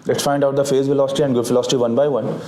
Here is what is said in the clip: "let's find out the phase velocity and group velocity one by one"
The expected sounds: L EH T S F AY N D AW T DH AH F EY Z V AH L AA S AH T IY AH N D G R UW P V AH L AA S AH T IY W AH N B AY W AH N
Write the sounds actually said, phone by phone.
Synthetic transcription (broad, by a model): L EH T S F AY N D AW T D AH F EY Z V AH L AA S AH T IY AH N D G UH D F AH L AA S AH T IY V AH N B AY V AH N